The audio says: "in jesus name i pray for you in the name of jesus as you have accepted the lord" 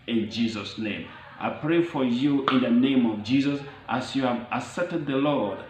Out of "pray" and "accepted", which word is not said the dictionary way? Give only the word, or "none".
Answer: accepted